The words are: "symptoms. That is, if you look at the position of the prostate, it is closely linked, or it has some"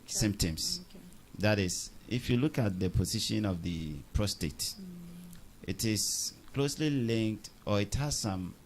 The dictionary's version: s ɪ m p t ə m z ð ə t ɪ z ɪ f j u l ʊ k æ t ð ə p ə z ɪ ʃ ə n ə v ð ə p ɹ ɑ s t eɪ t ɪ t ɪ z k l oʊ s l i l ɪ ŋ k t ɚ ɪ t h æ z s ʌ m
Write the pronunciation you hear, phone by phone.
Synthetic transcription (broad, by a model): s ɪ m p t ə m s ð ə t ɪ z ɪ f j u l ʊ k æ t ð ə p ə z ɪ ʃ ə n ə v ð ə p ɹ ɑ s t eɪ t ɪ t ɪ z k l oʊ s l i l ɪ ŋ k t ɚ ɪ t h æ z s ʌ m